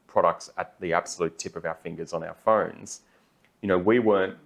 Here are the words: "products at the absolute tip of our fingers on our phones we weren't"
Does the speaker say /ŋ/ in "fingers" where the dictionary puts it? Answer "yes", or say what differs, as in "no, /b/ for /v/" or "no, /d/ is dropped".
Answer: yes